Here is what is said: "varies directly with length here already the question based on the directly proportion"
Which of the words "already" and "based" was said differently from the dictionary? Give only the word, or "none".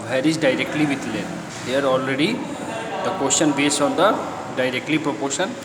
based